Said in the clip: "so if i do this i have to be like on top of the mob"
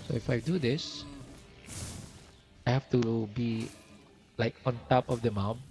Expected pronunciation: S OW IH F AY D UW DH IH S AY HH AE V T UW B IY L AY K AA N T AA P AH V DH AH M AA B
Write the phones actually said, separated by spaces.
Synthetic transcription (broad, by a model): S OW IH F AY D UW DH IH S AY HH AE F T UW B IY L AY K AA N T AA P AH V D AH M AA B